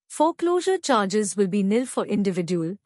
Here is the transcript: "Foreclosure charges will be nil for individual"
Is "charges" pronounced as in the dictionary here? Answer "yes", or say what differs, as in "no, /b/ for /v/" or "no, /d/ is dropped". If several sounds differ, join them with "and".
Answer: yes